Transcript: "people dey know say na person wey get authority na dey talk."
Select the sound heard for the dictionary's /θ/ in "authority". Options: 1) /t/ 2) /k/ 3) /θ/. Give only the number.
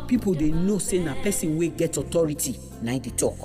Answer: 1